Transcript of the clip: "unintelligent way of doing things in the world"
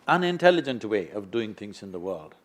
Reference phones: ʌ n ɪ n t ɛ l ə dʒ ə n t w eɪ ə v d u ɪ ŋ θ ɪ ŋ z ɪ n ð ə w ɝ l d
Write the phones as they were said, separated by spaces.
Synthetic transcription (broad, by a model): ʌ n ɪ n t ɛ l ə dʒ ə n t w eɪ ə v d u ɪ ŋ θ ɪ ŋ z ɪ n ð ə w ɝ l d